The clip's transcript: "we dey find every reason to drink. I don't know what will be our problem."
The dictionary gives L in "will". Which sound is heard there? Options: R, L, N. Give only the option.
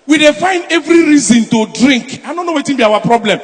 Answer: N